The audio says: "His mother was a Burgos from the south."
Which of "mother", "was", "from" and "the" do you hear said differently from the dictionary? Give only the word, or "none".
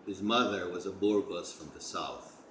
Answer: none